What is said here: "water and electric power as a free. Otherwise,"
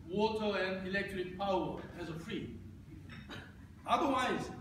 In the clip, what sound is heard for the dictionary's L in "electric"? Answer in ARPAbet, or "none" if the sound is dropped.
L